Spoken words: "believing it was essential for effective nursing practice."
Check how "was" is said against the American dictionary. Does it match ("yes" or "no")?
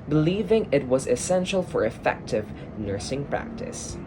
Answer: yes